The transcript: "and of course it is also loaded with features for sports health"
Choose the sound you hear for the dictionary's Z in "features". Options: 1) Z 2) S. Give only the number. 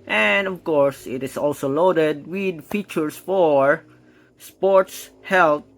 2